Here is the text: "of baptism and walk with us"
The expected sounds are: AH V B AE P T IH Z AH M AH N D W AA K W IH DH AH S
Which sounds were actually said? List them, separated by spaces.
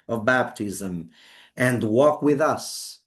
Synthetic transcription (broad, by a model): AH V B AE P T IH Z AH M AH N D W AA K W IH DH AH S